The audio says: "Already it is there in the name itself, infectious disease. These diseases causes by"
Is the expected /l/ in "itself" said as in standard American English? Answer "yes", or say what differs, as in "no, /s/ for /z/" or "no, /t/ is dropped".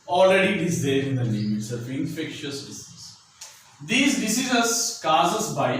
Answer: no, /l/ is dropped